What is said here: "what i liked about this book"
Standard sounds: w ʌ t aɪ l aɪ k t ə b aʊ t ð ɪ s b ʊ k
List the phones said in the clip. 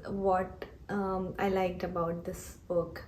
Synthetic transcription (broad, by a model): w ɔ t aɪ l aɪ k t ə b aʊ t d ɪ s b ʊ k